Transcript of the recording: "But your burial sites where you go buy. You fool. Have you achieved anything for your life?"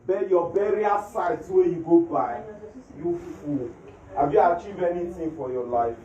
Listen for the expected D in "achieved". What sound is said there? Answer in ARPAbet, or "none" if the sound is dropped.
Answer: none